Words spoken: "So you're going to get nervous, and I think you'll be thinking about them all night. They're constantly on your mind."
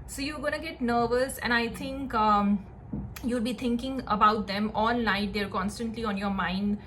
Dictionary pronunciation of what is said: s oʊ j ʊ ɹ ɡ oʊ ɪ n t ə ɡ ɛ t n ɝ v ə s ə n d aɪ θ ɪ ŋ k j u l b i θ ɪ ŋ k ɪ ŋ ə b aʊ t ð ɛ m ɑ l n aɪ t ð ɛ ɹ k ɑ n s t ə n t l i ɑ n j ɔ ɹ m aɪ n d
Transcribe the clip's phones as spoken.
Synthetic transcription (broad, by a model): s oʊ j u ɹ ɡ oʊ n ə ɡ ɛ t n ɝ v ə s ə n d aɪ t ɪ ŋ k j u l b i t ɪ ŋ k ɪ ŋ ə b aʊ t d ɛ m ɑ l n aɪ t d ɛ ɹ k ɑ n s t ə n t l i ɑ n j ɔ ɹ m aɪ n d